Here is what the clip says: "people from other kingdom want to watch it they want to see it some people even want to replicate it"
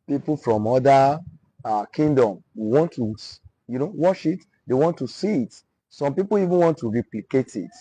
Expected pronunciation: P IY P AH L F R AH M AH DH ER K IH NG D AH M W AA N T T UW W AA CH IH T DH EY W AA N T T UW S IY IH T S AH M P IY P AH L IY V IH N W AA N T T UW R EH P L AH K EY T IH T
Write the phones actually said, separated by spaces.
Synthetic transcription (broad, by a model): P IY P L F R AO M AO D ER K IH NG D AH M W AA N T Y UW W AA SH IH T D EY W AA N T T UW S IY IH T S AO M P IY P AH L IY V IH N W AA N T T UW R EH P L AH K EY T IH T